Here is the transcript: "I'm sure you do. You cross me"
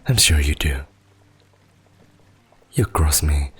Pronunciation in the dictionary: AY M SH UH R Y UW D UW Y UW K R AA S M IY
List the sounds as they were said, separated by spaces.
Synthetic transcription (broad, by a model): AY M SH UH R Y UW D UW Y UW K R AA S M IY